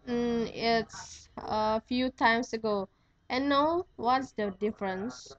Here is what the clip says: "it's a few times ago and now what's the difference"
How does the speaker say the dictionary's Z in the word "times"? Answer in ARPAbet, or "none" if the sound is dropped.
S